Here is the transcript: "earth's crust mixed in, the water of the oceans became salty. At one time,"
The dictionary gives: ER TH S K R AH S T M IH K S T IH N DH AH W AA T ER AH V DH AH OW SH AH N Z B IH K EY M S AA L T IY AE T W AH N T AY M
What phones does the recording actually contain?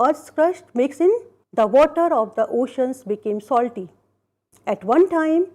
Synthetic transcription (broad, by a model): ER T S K R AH SH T M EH K S IH N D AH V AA T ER AH V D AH OW SH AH N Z B IH K EY M S AA L T IY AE T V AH N T AY M